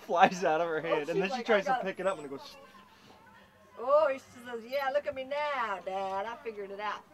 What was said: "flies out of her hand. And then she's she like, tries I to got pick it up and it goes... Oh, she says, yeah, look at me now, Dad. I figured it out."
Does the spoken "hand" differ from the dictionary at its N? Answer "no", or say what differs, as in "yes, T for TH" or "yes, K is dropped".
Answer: yes, N is dropped